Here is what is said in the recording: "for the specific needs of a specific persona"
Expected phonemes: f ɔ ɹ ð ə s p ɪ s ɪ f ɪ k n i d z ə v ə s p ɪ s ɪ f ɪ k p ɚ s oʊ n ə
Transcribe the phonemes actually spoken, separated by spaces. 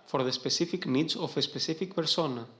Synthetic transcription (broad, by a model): f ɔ ɹ ð ə s p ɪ s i f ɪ k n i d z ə f ə s p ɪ s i f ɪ k p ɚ s oʊ n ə